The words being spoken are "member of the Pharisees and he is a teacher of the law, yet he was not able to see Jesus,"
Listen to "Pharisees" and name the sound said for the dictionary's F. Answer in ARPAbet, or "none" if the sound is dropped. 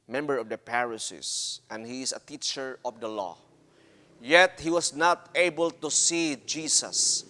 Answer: P